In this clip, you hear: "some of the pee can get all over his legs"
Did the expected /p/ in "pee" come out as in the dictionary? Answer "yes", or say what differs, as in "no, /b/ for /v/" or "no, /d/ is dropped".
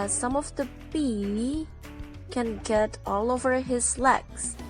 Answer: no, /b/ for /p/